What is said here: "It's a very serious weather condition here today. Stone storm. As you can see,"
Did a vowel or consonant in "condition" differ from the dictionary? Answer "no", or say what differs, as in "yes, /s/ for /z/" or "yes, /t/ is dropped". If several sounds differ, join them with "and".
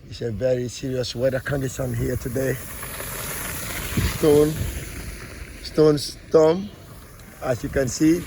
yes, /s/ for /ʃ/